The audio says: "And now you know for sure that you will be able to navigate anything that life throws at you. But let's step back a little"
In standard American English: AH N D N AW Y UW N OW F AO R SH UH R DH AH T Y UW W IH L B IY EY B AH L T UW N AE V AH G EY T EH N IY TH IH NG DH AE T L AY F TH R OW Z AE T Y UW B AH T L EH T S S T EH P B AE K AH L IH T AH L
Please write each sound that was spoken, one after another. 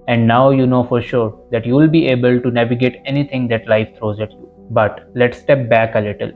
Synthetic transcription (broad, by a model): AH N D N AW Y UW N OW F AO R SH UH R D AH T Y UW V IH L B IY EY B AH L T UW N AE V AH G EY T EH N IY T IH NG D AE T L AY F T R OW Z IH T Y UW B AH T L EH T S S T EH P B AE K AH L IH T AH L